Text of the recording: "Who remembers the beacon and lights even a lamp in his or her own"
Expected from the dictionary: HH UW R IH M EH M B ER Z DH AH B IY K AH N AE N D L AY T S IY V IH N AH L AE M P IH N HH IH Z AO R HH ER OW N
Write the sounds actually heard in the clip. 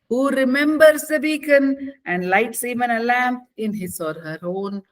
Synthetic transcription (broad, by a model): HH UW R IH M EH M B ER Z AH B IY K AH N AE N D L AY T S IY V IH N AH L AE M P IH N HH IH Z AO R HH ER OW N